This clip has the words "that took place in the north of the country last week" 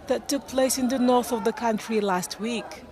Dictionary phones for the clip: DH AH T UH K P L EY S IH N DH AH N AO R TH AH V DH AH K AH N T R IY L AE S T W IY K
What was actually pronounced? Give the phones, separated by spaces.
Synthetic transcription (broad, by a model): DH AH T UH K P L EY S IH N DH AH N AO R TH AH V DH AH K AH N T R IY L AE S T W IY K